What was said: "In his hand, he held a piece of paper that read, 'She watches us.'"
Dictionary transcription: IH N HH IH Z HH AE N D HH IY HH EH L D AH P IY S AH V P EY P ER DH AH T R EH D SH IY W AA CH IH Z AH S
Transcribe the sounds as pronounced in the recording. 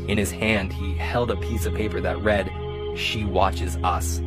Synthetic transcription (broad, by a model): IH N IH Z HH AE N D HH IY HH EH L D AH P IY S AH V P EY P ER DH AH T R EH D SH IY W AA CH IH Z AH S